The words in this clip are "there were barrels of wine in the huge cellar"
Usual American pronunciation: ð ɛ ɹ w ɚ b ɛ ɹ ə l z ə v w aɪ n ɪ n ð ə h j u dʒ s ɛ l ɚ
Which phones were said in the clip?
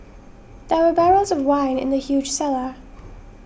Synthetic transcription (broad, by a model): ð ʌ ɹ w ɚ b ɛ ɹ ə l z ə v w aɪ n ɪ n ð ə h j u dʒ s ɛ l ɚ